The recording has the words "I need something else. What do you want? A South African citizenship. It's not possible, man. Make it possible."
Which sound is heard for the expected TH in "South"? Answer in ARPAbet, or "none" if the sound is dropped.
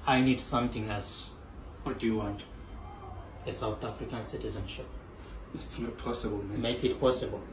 T